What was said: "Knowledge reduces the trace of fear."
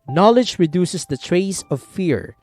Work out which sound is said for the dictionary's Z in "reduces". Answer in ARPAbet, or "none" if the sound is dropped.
S